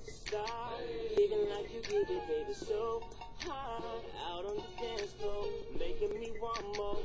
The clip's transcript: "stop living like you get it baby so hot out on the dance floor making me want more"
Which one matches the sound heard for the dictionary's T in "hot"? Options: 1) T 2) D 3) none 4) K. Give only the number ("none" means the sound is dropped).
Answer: 3